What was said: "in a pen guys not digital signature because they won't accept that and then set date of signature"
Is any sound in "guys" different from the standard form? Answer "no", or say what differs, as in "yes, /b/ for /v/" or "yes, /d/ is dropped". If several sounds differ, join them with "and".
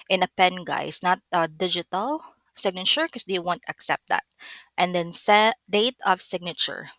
yes, /s/ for /z/